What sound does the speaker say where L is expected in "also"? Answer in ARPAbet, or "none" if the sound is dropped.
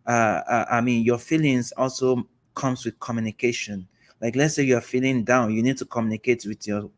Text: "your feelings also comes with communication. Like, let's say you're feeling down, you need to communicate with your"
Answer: L